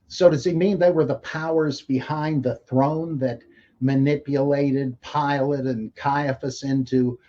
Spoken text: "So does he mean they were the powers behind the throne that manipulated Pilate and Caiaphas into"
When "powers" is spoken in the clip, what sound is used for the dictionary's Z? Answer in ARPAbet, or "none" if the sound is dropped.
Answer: Z